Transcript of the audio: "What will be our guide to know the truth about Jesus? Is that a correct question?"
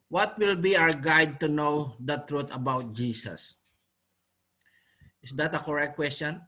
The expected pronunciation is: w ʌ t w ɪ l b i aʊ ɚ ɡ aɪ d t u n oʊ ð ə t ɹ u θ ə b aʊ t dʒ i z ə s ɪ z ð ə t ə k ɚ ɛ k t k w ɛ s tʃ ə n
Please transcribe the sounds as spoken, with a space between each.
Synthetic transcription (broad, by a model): w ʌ t w ɪ l b i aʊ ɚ ɡ aɪ d t u n oʊ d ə t ɹ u t ə b aʊ t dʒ i s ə s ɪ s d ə t ə k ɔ ɛ k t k w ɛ s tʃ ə n